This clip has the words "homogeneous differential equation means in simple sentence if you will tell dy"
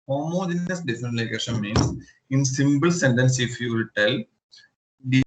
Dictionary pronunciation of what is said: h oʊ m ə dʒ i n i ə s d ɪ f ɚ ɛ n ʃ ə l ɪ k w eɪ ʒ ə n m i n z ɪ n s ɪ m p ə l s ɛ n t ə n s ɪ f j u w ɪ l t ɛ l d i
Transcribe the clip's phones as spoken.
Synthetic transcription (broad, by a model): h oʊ m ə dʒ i n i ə s d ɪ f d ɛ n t l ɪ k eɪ ʃ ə n m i n s ɪ n s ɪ m b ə l s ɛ n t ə n s ɪ f j u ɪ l t ɛ l d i